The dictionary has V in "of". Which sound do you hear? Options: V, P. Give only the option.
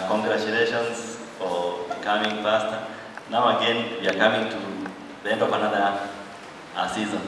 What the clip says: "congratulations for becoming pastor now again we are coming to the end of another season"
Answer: P